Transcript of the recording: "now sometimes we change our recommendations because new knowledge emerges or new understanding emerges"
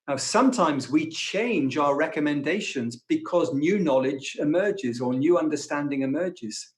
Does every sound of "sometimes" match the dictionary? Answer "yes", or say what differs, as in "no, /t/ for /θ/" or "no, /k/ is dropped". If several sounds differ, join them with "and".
yes